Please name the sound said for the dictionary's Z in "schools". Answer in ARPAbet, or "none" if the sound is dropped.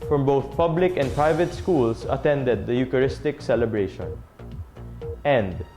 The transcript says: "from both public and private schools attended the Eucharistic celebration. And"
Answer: S